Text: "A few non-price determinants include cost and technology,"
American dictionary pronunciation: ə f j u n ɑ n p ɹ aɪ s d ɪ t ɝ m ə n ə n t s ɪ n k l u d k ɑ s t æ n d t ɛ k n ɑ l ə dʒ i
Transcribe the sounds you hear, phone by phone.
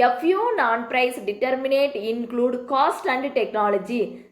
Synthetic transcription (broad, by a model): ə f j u n ɑ n p ɹ aɪ s d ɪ t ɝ m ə n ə t ɪ n k l u d k ɑ s t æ n d t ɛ k n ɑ l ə dʒ i